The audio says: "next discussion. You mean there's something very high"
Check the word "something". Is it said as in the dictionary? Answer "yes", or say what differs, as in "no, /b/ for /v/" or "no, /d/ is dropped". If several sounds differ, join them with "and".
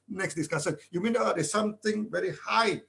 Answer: no, /t/ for /θ/